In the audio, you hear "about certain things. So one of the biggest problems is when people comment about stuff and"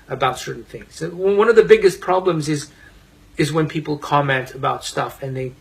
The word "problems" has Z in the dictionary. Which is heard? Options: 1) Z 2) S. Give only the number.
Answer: 1